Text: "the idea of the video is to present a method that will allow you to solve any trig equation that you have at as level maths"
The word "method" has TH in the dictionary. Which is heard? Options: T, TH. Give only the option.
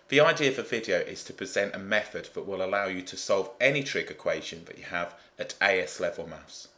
TH